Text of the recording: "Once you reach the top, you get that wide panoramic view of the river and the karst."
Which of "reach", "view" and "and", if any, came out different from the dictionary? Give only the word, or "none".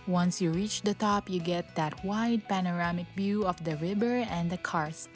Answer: view